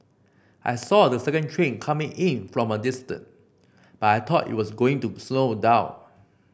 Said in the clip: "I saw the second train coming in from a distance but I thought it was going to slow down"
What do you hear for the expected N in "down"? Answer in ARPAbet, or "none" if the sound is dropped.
none